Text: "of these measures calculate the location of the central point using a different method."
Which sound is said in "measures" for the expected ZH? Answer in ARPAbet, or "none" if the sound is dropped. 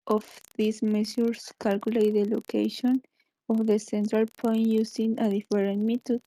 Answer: S